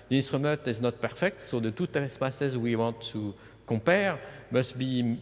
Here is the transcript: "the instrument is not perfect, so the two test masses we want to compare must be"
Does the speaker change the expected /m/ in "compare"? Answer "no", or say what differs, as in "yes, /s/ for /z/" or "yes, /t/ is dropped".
yes, /m/ is dropped